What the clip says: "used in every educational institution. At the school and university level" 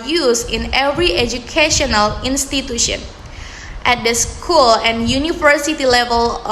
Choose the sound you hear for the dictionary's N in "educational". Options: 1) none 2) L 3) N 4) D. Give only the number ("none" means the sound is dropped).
3